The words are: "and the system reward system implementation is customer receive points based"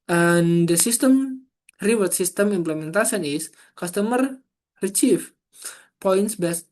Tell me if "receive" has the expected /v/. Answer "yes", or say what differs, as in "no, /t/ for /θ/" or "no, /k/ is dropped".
no, /f/ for /v/